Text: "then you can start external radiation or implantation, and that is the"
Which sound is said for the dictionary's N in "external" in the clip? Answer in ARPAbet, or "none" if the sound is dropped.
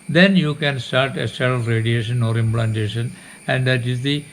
none